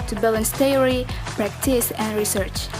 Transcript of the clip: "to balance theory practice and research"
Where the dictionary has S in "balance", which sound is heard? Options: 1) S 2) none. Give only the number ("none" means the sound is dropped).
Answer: 1